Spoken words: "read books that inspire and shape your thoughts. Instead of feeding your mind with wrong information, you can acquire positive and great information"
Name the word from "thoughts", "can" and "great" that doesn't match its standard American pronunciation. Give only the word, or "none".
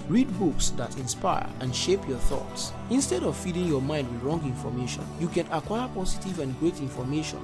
none